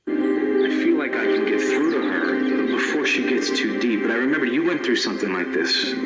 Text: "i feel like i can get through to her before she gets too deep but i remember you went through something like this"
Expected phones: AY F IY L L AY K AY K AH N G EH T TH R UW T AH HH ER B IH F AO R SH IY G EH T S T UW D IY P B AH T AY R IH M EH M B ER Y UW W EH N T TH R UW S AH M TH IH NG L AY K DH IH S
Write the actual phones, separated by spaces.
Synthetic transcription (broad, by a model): AY F IY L L AY K AY K AH N G EH T TH R UW T AH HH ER B IH F AO R SH IY G EH T S T UW D IY P B AH T AY R IH M EH M B ER Y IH W EH N TH R UW S AH M TH IH NG L AY K DH IH S